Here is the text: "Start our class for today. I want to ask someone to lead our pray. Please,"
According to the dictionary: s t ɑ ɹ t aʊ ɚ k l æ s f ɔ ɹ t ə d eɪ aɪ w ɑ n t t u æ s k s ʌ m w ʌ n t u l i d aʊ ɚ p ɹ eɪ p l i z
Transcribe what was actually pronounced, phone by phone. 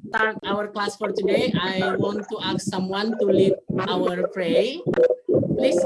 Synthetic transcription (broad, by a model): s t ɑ ɹ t aʊ ɚ k l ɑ s f ɔ ɹ t ə d eɪ aɪ w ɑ n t t u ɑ k s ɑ m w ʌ n t u l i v aʊ ɚ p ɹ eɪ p l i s